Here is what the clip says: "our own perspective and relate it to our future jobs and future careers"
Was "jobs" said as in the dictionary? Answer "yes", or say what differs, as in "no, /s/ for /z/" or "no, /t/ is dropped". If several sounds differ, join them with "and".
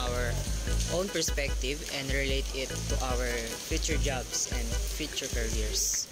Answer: no, /s/ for /z/